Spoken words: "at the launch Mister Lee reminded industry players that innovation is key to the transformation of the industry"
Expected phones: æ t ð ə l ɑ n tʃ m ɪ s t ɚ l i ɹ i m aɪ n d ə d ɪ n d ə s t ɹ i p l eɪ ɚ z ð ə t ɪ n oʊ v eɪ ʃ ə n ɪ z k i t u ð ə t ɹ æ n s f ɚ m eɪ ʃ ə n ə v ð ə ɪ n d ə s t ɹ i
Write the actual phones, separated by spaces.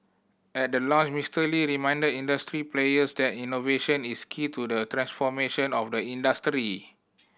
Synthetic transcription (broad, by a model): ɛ t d ə l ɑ tʃ m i s t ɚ l i ɹ i m aɪ n d ə d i n d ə s t ɹ i p l eɪ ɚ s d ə t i n oʊ v eɪ ʃ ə n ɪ s k i t u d ə t ɹ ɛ n s f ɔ m eɪ ʃ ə n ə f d ə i n d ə s t ɹ i